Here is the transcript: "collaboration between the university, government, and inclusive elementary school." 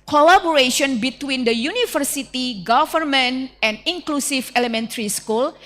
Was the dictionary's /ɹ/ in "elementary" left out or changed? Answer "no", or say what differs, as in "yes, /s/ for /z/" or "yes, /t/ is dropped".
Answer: no